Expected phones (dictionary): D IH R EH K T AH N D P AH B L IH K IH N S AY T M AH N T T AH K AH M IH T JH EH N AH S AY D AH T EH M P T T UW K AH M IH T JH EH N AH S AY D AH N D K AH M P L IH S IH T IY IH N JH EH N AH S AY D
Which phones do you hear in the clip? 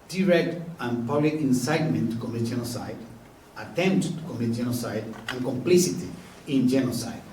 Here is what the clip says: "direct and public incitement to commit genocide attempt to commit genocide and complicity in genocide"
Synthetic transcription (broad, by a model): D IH R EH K T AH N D P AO L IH IH N S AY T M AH N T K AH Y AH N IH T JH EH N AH S AY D AH T EH M P T T UW K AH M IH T JH EH N AH S AY D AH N K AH M P L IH S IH T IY IH N JH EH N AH S AY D